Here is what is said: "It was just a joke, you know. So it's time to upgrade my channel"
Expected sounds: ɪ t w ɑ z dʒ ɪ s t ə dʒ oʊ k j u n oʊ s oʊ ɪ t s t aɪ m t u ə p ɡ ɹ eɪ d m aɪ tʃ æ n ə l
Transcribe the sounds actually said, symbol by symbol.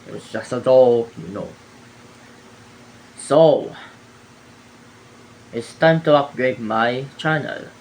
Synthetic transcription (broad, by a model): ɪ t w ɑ s dʒ ɪ s t ə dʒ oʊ j u n oʊ s oʊ ɪ t s t aɪ m t u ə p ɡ ɹ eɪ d m aɪ tʃ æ n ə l